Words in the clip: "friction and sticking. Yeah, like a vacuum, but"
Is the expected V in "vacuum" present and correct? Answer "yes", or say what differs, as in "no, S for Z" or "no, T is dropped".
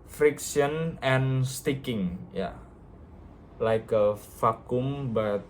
no, F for V